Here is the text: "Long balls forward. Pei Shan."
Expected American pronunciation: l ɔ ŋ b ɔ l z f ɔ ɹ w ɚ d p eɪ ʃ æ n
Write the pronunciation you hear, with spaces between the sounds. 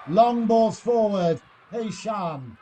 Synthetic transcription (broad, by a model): l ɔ ŋ b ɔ z f ɔ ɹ w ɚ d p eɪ ʃ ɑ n